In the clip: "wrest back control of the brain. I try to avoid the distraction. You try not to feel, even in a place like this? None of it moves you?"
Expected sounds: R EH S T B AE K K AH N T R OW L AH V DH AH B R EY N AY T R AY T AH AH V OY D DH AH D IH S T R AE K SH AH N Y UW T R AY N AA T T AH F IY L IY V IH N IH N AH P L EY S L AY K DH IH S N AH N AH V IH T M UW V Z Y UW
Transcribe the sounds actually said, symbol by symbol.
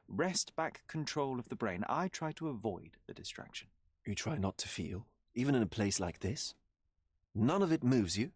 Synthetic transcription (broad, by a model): R EH S T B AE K K AH N T R OW L AH V DH AH B R EY N AY T R AY T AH AH V OY D DH AH D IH S T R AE K SH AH N Y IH T R AY N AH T T AH F IY L IY V IH N IH N AH P L EY S L AY K DH IH S N AH N AH V IH T M UW V Z Y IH